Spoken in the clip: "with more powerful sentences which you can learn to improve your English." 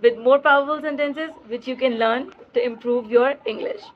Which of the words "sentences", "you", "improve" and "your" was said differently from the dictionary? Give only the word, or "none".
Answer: none